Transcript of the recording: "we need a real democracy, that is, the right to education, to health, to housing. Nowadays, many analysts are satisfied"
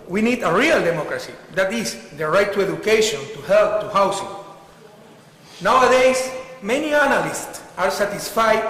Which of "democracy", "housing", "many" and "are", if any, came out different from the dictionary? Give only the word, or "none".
housing